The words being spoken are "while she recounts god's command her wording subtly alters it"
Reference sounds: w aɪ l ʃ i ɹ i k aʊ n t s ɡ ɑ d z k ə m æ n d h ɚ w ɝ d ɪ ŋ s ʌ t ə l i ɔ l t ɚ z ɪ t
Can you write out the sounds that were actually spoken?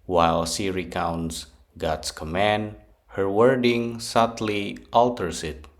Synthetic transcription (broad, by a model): w aɪ l s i ɹ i k aʊ n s ɡ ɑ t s k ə m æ n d h ɚ w ɝ d ɪ ŋ s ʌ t l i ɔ l t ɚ s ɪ t